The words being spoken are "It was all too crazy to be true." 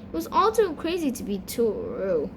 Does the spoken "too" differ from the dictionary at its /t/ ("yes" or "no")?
yes